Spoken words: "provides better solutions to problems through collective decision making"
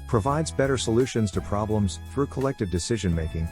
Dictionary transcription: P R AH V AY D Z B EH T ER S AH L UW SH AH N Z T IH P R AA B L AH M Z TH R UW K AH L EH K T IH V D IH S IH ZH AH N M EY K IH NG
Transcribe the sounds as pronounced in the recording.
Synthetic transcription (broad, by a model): P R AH V AY D Z B EH T ER S AH L UW SH AH N Z T IH P R AA B L AH M Z TH R UW K AH L EH K T IH V D IH S IH ZH AH N M EY K IH NG